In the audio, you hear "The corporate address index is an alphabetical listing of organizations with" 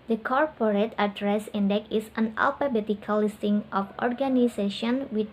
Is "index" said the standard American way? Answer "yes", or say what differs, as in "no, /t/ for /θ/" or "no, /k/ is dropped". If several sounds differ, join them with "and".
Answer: no, /s/ is dropped